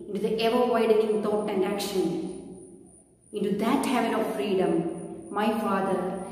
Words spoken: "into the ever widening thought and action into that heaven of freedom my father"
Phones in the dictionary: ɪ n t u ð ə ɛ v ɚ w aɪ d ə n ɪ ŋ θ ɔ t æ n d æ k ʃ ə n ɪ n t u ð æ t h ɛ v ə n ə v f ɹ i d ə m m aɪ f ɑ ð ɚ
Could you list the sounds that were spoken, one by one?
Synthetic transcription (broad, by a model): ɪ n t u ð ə ɛ v ɚ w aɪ d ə n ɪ ŋ t ɔ t æ n d æ k ʃ ə n ɪ n t u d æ t h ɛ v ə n ə v f ɹ i d ə m m aɪ f ɑ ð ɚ